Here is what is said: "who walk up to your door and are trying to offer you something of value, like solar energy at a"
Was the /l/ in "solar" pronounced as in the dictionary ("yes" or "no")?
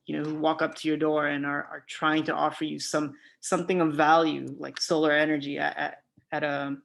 yes